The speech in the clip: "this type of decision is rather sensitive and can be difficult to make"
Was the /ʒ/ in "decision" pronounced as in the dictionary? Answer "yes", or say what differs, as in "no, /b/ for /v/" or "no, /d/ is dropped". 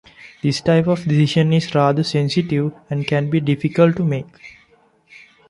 no, /ʃ/ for /ʒ/